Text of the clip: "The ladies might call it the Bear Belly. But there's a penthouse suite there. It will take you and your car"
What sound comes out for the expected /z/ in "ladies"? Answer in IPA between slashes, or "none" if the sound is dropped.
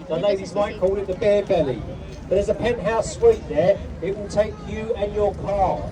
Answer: /z/